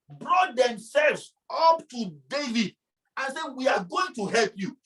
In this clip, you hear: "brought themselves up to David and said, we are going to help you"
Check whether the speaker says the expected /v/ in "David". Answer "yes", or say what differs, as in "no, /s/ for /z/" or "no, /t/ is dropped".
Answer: yes